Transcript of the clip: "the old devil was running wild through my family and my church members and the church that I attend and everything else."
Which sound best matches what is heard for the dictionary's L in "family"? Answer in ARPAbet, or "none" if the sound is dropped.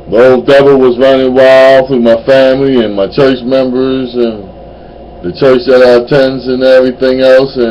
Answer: L